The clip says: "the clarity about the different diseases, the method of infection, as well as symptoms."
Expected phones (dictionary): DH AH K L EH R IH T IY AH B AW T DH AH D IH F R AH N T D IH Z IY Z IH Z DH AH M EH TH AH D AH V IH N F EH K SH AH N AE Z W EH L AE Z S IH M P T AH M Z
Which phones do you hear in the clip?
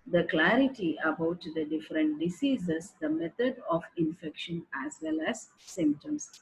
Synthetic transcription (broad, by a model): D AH K L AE R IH T IY AH B AW T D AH D IH F R AH N T D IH S IY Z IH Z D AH M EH T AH D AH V IH N F EH K SH AH N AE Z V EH L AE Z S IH M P T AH M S